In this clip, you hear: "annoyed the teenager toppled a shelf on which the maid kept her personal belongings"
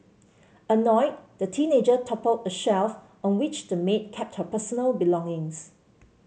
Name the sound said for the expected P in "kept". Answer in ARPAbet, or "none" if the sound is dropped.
P